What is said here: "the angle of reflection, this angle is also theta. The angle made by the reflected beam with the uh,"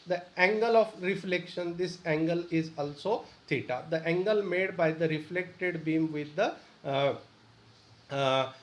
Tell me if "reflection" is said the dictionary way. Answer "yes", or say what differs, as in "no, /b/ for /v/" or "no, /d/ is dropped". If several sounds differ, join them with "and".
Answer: yes